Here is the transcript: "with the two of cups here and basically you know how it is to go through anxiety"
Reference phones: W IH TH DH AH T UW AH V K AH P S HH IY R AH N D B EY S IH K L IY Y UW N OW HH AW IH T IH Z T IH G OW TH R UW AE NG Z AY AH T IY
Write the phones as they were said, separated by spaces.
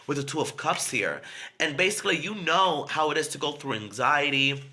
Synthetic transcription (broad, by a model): W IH DH AH T UW AH V K AH P S HH IY R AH N B EY S IH K L IY Y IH N OW HH AW IH T IH Z T IH G OW TH R UW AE NG Z AY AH T IY